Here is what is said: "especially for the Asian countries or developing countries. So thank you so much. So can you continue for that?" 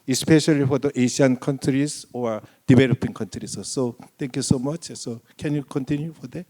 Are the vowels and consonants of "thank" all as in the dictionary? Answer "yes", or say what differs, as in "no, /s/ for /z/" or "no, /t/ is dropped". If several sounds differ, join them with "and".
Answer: no, /t/ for /θ/